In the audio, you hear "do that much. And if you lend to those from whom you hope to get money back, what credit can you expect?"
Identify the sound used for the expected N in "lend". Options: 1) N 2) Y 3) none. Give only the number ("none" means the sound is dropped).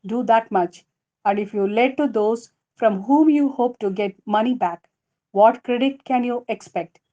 3